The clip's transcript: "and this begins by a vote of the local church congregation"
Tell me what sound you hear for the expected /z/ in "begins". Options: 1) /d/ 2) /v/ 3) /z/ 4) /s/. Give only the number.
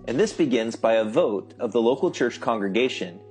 3